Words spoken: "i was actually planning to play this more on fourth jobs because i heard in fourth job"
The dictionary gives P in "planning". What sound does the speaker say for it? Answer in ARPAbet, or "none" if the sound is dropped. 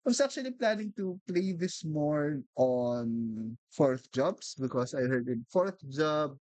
P